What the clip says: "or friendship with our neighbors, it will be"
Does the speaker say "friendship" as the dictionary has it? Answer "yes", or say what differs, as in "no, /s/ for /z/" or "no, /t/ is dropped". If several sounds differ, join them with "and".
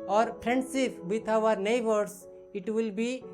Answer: no, /p/ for /f/ and /s/ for /ʃ/